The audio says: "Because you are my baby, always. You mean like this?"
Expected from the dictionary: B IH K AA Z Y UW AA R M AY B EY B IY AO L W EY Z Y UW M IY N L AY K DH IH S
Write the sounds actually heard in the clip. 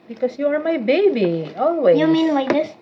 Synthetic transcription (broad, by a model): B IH K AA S Y UW AA R M AY B EY B IY AO L W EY Y UW M IY N W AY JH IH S